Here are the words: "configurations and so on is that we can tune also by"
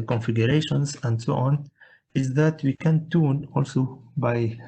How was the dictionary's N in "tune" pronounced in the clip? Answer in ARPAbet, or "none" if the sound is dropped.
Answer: N